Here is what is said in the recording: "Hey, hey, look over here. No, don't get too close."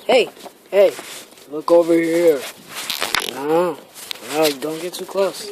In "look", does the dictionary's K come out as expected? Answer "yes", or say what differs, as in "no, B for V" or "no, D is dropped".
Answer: yes